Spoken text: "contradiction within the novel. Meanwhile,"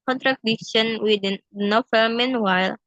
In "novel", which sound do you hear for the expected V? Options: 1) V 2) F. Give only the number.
2